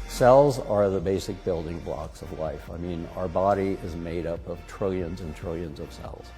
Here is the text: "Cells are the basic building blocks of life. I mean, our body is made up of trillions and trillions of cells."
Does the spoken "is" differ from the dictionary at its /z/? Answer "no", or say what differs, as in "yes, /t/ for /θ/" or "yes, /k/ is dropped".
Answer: no